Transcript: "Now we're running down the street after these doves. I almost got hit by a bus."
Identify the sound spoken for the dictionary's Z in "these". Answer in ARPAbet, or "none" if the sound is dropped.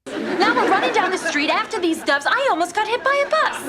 Z